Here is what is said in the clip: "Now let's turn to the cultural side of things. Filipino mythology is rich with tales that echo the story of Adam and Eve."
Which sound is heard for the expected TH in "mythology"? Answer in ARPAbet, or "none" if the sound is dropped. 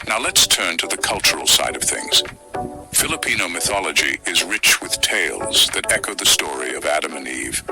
TH